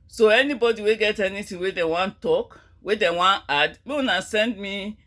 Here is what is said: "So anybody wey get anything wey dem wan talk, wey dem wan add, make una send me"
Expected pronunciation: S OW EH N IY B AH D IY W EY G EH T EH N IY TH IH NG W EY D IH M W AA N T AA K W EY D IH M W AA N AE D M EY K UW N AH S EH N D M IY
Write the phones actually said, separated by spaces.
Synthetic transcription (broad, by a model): S OW EH N IY B AH D IY W EY G EH T EH N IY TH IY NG W EY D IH W AA N T AA K W EY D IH W AA N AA D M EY UW N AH S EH N D M IY